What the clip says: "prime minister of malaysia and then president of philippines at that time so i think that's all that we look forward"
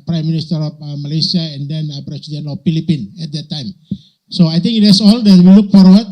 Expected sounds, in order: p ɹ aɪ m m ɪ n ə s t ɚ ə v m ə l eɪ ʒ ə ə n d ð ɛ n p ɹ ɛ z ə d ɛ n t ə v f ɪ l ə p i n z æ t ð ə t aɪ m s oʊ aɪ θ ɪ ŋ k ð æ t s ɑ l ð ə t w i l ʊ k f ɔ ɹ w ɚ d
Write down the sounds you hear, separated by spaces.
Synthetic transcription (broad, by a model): p ɹ aɪ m m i n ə s t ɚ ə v m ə l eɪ s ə ə n d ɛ n p ɹ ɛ s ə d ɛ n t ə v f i l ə p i n ɛ t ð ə t aɪ m s oʊ aɪ t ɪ ŋ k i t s ɑ l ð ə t w i l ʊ k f ɔ ɹ w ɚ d